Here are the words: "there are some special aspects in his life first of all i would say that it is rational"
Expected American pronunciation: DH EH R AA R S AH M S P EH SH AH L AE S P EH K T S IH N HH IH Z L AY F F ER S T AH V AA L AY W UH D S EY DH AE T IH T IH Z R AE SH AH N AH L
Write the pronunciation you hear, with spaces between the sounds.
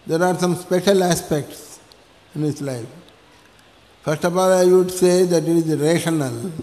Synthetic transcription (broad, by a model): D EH R AA R S AH M S P EH SH AH L AE S P EH K T S IH N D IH S L AY F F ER S T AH F AA L AY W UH D S EY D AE T IH T IH Z R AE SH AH N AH L